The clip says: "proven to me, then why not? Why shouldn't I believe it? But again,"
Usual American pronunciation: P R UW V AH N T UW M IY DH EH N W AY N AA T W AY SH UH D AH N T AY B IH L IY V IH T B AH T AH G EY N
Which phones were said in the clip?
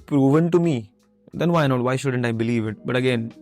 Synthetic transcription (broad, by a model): P R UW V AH N T UW M IY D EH N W AY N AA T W AY SH UH D AH N T AY B IH L IY V IH T B AH T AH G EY N